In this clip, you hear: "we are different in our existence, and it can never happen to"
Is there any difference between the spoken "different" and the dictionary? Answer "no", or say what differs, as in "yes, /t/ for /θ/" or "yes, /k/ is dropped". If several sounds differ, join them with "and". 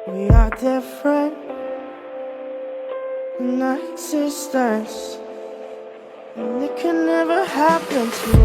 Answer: yes, /t/ is dropped